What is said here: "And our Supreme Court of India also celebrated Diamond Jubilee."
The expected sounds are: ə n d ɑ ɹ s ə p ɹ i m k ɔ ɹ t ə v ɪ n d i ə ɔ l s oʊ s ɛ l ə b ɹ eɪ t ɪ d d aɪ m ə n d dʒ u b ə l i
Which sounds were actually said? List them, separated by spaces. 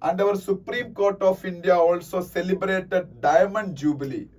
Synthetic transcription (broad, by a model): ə n d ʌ ɹ s ə p ɹ i m k ɔ ɹ t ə f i n d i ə ɔ l s oʊ s ɛ l ə b ɹ eɪ t ɪ d d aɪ m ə n d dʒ u b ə l i